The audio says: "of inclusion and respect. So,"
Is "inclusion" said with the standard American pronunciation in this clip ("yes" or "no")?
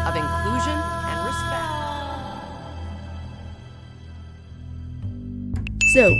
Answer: yes